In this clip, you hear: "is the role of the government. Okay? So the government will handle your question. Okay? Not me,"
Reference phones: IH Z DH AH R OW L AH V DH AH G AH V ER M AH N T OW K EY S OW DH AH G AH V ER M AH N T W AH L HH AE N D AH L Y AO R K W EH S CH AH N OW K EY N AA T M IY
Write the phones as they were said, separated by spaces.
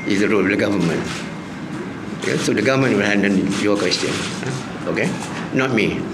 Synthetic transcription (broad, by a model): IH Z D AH R OW L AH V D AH G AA V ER M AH N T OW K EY S OW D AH G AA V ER M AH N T W AH L HH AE N D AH N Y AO K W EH S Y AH N OW K EY N AA T M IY